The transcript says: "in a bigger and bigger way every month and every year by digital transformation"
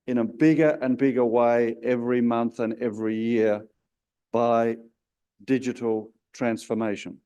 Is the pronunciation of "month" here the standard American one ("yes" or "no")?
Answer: yes